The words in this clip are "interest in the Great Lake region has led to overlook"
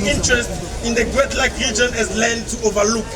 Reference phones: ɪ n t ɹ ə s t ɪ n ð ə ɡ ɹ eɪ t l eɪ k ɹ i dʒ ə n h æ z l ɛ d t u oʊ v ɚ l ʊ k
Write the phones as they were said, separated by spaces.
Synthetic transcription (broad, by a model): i n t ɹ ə s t ɪ n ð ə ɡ w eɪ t l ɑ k ɹ i dʒ ə n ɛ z l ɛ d t u oʊ v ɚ l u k